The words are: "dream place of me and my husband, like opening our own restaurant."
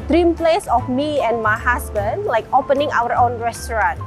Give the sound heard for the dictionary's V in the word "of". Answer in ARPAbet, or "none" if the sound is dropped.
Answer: F